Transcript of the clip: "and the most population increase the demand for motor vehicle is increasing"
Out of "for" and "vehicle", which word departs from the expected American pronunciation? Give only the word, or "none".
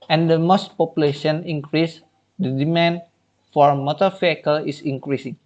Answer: vehicle